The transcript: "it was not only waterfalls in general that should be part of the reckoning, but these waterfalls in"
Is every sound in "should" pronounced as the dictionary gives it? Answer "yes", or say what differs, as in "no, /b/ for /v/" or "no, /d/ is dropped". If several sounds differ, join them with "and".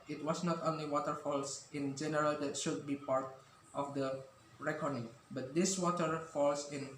yes